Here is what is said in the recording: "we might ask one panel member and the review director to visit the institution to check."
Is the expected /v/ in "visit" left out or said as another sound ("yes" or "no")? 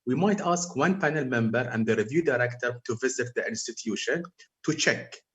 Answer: no